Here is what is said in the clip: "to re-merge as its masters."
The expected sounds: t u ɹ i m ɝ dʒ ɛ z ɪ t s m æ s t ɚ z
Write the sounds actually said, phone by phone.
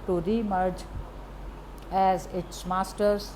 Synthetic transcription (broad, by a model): t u ɹ i m ɝ dʒ ɛ z ɪ t s m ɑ s t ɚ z